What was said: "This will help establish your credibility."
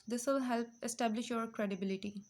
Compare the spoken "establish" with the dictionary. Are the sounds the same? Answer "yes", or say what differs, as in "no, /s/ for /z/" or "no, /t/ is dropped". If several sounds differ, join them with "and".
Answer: yes